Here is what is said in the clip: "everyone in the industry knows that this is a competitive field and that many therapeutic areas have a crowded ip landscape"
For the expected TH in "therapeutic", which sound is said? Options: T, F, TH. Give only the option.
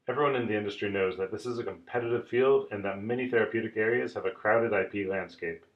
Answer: TH